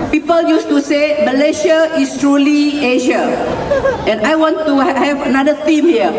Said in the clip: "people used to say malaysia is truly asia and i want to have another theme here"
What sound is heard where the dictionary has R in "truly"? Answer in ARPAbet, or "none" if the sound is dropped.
R